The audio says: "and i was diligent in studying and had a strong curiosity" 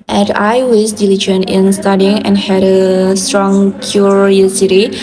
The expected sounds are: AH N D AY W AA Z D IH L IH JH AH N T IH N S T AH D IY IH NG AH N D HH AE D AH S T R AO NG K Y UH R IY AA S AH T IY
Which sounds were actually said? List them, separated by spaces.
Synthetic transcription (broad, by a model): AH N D AY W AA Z D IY L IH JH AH N IH N S T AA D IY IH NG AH N HH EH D AH S T R AO NG K Y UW R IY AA S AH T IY